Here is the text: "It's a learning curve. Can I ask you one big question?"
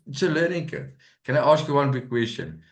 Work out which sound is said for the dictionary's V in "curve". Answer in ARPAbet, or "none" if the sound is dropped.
P